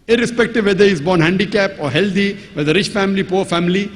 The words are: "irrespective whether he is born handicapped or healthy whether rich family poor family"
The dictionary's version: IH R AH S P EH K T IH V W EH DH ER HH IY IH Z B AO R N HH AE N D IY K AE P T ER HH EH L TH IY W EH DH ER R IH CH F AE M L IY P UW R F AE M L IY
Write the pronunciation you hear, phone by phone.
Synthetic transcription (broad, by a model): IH R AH S P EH K T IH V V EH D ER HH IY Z B AO R N HH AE N D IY K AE P AO HH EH L T IY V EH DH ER R IH CH F AE M L IY P UW R F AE M L IY